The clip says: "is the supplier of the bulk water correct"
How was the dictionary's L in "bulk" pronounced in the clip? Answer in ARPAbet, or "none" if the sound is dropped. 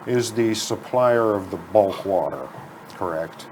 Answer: L